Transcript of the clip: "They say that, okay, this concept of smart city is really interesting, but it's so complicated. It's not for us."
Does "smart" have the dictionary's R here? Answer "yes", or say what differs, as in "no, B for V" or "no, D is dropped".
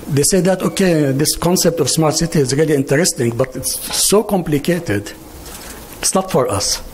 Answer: yes